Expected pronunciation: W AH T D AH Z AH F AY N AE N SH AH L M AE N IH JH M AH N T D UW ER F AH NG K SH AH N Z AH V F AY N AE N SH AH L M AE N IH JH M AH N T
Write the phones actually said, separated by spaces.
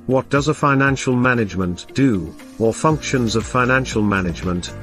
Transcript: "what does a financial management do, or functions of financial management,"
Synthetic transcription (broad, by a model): W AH T D AH Z AH F AY N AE N SH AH L M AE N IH JH M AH N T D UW ER F AH NG K SH AH N Z AH V F AY N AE N SH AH L M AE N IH JH M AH N T